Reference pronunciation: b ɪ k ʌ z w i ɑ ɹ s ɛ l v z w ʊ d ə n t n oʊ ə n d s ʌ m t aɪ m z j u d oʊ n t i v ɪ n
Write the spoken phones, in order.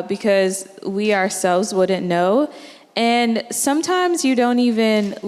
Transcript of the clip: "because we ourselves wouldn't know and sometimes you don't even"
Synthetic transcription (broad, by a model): b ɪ k ʌ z w i ɑ ɹ s ɛ l v z w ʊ d n n oʊ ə n s ʌ m t aɪ m z j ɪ d oʊ n t i v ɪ n